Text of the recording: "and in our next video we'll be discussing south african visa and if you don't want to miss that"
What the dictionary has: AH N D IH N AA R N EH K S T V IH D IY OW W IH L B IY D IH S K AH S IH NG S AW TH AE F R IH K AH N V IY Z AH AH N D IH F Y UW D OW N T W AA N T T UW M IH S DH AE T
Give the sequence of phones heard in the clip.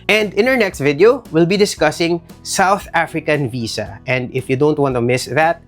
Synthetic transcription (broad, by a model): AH N D IH N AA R N EH K S T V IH D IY OW W IH L B IY D IH S K AH S IH NG S AW TH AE F R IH K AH N V IY S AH AH N D IH F Y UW D OW N T W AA N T T UW M IH S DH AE T